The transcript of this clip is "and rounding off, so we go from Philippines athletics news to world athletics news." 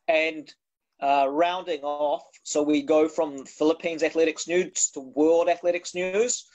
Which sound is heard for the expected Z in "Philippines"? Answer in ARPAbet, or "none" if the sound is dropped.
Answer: Z